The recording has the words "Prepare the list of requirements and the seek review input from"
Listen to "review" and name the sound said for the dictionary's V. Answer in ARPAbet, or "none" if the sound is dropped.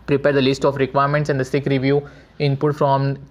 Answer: V